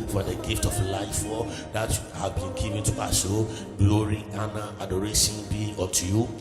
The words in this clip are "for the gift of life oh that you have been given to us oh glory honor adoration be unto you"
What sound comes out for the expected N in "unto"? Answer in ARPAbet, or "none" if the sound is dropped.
none